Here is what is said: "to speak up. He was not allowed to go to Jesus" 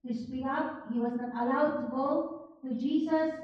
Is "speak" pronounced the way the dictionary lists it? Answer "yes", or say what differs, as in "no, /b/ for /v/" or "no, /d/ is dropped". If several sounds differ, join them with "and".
no, /k/ is dropped